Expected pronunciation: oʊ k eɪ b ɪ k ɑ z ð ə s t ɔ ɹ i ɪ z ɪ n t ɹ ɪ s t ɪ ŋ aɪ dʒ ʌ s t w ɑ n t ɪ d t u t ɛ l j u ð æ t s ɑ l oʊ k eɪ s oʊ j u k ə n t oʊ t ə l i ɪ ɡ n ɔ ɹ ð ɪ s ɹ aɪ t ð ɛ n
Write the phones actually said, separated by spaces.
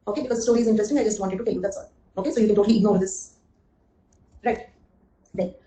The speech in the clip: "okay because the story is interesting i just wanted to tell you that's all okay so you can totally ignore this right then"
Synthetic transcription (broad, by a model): oʊ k eɪ b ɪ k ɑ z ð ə s t ɔ ɹ i ɪ z ɪ n t ɹ ɪ s t ɪ ŋ aɪ dʒ ʌ s t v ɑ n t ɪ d t u t ɛ l j u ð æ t s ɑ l oʊ k eɪ s oʊ j u k ə n t oʊ t ə l i ɪ ɡ n ɔ ɹ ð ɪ s ɹ aɪ t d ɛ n